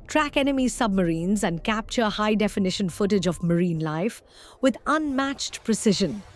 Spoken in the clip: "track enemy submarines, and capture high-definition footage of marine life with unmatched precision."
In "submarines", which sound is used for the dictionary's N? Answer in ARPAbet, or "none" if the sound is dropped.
N